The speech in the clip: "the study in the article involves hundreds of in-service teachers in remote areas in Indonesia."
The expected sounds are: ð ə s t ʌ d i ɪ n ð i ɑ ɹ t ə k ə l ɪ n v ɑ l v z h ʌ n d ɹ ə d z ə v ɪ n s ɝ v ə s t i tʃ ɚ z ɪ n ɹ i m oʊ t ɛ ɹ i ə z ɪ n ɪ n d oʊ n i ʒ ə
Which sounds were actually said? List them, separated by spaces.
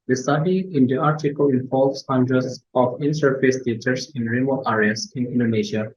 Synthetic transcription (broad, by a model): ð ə s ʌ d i ɪ n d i ɑ ɹ t ə k ə l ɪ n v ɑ l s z h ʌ n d ɹ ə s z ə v ɪ n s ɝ f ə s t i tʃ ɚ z ɪ n ɹ i m oʊ t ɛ ɹ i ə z ɪ n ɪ n d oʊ n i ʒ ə